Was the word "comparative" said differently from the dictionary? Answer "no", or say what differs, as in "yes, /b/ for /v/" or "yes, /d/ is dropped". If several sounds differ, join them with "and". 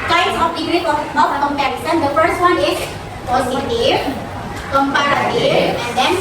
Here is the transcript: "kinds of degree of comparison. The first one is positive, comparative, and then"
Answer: yes, /v/ is dropped